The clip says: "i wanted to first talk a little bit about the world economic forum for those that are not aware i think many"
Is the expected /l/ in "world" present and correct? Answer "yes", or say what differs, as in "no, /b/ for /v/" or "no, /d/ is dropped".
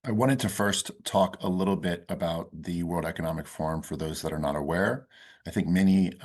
yes